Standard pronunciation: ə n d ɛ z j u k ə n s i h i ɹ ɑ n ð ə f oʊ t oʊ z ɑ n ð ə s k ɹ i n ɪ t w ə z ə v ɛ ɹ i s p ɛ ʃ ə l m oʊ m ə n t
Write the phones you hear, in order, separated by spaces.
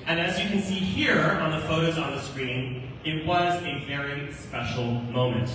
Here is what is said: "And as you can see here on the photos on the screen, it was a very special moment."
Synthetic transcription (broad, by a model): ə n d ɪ z j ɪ k ə n s i h i ɹ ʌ n ð ə f oʊ t oʊ z n ð ə s k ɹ i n ɪ t w ə z ə v ɛ ɹ i s p ɛ ʃ l m oʊ m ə n t